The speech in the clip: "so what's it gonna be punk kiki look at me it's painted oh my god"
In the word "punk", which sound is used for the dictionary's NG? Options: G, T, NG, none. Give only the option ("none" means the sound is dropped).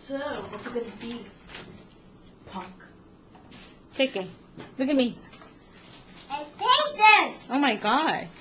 none